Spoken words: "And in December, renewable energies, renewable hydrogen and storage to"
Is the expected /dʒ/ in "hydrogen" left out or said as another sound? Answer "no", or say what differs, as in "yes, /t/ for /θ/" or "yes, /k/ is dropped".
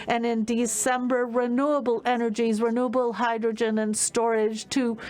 no